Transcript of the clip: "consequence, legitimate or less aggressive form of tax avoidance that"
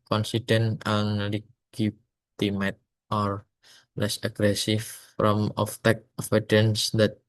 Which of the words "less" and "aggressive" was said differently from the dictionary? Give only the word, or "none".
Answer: aggressive